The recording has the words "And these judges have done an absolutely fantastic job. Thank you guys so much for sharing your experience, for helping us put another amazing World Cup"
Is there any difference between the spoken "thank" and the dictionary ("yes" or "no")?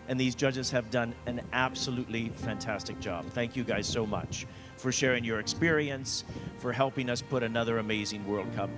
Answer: no